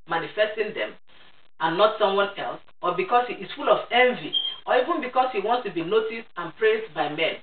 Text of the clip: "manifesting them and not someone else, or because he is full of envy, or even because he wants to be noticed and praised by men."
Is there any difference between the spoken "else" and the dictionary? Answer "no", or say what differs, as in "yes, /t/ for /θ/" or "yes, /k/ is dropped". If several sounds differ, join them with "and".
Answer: no